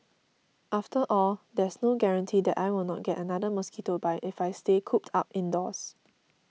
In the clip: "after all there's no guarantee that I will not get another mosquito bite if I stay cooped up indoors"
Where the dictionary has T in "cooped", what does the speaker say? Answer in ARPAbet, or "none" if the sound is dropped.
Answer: T